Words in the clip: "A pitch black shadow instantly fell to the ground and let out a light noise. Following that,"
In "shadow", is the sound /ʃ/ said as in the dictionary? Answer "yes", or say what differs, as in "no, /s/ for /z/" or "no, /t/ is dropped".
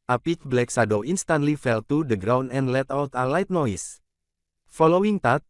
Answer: no, /s/ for /ʃ/